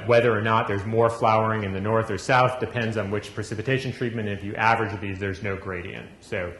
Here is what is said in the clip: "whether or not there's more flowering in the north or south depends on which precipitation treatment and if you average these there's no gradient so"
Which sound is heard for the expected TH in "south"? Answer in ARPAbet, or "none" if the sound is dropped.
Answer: TH